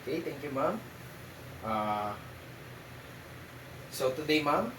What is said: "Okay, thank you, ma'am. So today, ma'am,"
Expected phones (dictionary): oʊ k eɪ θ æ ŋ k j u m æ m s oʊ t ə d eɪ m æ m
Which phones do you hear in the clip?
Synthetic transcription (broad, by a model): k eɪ t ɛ ŋ k j u m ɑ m s oʊ t ə d eɪ m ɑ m